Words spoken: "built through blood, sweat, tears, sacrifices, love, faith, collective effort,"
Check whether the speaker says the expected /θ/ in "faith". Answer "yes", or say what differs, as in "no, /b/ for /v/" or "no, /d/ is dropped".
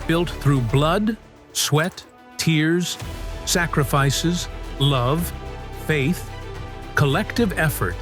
yes